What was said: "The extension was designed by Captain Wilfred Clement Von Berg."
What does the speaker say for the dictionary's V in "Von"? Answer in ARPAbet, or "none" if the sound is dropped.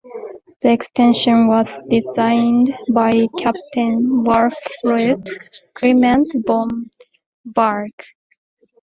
B